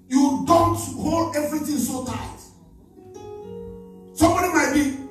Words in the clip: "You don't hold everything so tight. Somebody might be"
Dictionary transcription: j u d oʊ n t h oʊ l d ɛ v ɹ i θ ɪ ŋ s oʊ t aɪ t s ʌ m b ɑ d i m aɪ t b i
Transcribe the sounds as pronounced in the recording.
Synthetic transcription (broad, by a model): j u d oʊ n t h oʊ l d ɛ v ɹ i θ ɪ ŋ s oʊ t aɪ t s ʌ m b ɑ d i m aɪ t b i